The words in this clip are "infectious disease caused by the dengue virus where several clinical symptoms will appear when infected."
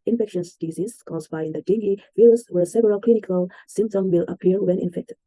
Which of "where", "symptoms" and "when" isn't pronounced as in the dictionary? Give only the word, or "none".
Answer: symptoms